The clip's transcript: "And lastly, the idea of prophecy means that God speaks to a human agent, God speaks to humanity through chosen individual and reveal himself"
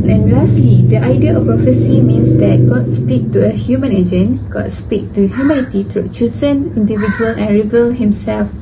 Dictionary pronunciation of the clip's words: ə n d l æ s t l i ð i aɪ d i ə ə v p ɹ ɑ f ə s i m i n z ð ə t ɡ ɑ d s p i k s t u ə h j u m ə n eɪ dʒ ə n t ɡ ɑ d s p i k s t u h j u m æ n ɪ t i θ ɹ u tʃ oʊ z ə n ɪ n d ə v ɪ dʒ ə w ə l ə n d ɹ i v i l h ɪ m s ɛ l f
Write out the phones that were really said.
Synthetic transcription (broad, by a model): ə n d l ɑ s t l i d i aɪ d i ə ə p ɹ ɑ f ə s i m i n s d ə t ɡ ɑ d s p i k t u ə h j u m ə n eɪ dʒ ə n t ɡ ɑ d s p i k t u h j u m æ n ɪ t i t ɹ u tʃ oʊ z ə n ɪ n d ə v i dʒ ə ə l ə n ɹ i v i l h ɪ m s ɛ l f